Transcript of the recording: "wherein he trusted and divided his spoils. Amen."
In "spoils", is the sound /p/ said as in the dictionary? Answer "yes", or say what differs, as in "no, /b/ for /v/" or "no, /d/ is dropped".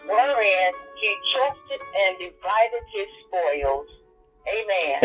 yes